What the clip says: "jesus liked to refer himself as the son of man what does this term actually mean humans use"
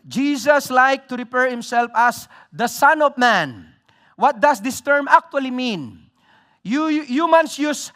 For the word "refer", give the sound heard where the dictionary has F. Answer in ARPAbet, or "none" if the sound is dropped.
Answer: P